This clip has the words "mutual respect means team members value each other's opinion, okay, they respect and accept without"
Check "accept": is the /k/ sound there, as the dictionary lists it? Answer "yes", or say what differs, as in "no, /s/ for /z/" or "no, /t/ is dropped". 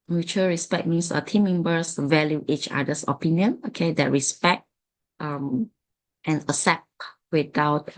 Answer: no, /k/ is dropped